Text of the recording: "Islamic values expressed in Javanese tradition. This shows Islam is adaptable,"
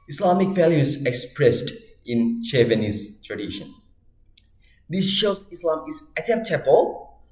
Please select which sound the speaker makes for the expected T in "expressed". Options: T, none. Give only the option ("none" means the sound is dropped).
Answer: T